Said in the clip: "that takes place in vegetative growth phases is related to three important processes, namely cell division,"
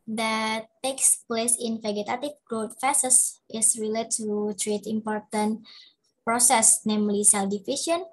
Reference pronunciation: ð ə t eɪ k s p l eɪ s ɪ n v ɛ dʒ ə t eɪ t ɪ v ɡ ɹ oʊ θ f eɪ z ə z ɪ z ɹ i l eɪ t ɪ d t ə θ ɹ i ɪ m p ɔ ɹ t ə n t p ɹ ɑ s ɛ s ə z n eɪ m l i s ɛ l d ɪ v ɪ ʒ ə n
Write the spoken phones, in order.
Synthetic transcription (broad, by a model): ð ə t eɪ k s p l eɪ s ɪ n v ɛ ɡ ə t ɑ t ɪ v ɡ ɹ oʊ t f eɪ s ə s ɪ s ɹ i l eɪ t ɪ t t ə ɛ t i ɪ m p ɔ ɹ t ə n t p ɹ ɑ s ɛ s n eɪ m l i s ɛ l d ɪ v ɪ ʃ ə n